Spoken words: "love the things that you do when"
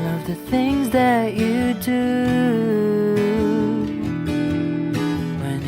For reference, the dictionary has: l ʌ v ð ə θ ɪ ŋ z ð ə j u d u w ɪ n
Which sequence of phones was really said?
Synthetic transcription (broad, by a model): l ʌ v ð ə θ ɪ ŋ z ð ə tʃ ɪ d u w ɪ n